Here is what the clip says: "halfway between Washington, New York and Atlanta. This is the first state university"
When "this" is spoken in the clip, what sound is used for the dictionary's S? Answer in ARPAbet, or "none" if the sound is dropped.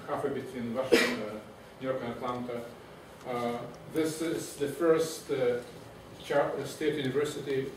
S